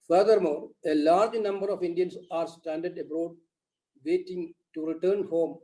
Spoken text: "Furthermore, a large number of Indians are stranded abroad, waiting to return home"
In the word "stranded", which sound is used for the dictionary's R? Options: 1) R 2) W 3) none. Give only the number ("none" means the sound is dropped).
3